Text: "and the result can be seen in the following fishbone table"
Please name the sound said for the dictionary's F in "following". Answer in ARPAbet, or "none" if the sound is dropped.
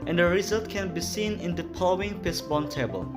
P